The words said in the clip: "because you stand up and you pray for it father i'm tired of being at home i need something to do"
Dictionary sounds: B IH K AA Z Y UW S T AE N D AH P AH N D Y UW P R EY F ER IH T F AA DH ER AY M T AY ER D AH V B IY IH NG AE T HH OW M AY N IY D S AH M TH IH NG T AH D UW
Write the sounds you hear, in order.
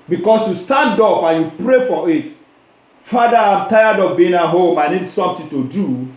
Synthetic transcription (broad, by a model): B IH K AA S Y UW S T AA N D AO P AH N Y UW P R EY F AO IH T F AA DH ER AY M T AY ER D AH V B IY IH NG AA HH OW M AY N IY D S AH M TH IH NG T AH D UW